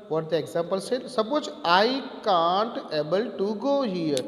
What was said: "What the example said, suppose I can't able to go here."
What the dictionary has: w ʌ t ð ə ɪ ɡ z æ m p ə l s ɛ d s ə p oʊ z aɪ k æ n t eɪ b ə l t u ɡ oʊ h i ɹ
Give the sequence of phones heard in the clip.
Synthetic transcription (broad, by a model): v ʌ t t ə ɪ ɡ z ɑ m p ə l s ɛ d s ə b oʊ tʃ aɪ k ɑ n t eɪ b ə l t u ɡ oʊ h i ɹ